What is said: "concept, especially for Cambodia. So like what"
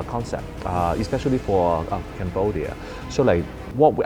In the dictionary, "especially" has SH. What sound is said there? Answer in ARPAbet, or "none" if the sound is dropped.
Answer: SH